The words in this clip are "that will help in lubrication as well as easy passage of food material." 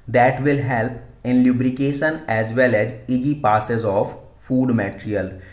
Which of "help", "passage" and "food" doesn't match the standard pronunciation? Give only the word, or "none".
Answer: passage